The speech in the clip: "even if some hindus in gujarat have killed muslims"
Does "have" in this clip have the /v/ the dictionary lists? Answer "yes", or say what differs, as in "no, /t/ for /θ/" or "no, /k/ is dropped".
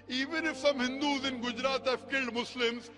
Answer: no, /f/ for /v/